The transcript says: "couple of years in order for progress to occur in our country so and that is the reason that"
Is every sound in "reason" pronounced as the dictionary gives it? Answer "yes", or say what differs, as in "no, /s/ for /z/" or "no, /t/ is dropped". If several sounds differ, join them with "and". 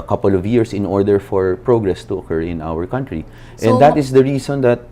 no, /s/ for /z/